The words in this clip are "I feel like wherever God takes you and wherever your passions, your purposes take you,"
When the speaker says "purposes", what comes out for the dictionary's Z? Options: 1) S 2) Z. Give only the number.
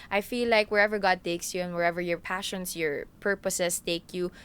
1